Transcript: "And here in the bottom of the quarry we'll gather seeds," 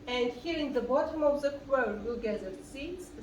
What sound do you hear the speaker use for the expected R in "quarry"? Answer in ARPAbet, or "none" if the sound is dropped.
none